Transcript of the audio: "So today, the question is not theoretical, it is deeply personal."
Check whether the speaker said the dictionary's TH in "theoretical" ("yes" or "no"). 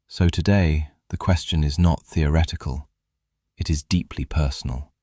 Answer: yes